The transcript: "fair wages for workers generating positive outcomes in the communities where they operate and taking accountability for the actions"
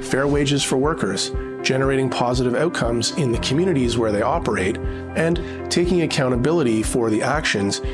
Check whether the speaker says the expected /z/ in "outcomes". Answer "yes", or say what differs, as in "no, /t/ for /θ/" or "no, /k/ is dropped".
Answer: yes